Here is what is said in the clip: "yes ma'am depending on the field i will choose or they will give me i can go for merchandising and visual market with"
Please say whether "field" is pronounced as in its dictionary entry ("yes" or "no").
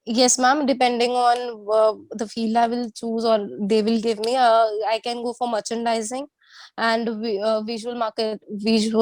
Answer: no